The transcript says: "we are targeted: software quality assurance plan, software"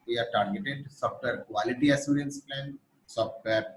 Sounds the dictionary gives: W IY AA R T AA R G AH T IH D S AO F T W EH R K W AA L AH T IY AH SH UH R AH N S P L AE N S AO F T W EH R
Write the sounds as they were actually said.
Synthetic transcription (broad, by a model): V IY AA R T AA R G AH T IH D S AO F T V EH R K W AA L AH T IY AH S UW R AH N S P L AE N S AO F T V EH R